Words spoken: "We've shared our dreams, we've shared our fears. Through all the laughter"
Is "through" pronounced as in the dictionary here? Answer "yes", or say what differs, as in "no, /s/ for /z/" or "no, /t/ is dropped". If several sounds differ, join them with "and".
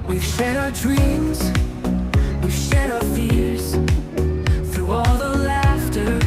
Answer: yes